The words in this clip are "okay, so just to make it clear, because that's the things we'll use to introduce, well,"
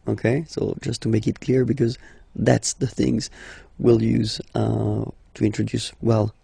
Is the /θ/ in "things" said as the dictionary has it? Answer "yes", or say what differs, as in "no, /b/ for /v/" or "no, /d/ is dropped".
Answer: yes